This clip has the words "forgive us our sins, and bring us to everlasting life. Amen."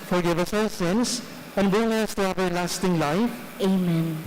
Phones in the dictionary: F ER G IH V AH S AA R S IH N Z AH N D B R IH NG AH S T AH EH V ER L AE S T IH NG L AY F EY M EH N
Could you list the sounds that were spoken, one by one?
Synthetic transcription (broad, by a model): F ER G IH V AH S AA L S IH N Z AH N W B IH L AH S T AH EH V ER L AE S T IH NG L AY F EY M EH N